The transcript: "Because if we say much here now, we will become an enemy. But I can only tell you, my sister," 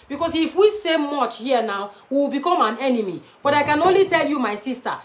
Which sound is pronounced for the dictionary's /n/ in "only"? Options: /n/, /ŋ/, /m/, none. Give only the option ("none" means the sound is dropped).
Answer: /n/